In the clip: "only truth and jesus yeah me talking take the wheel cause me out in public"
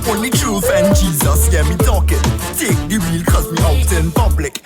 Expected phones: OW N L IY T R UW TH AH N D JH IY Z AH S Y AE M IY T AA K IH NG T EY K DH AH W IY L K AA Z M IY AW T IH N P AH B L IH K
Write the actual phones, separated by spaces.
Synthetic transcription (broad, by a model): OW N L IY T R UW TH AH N JH IY Z AH S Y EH M IY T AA K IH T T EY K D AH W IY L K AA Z M IY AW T IH N P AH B L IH K